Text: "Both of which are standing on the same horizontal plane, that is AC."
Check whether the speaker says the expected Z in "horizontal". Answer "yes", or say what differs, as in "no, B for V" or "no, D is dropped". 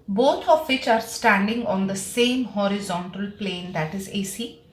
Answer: yes